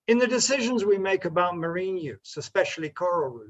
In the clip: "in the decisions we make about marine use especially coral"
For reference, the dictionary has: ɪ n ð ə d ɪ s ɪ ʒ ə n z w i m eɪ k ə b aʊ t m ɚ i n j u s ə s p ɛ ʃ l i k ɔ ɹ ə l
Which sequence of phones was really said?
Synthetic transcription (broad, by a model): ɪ n ð ə d ɪ s ɪ ʒ ə n z w i m eɪ k ə b aʊ t m ɚ i n j u s ə s p ɛ ʃ l i k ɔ ɹ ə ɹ